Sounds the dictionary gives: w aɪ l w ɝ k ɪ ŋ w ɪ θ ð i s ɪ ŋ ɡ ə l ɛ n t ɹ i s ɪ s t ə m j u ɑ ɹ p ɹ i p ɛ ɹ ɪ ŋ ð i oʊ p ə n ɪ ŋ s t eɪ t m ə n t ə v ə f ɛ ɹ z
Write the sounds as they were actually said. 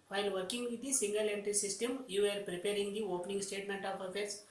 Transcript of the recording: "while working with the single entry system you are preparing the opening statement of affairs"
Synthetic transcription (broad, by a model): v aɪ l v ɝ k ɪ ŋ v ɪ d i s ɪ ŋ ɡ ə l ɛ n t i s ɪ s t ə m j u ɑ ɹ p ɹ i p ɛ ɹ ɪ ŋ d i oʊ p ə n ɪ ŋ s t eɪ t m ə n t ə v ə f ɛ ɹ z